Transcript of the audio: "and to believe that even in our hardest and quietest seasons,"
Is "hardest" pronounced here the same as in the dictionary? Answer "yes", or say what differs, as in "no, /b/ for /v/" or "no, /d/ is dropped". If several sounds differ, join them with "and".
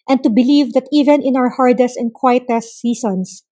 yes